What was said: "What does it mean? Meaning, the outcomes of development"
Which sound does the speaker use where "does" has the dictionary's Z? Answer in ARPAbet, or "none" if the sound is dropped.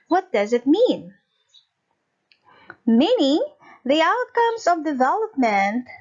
Z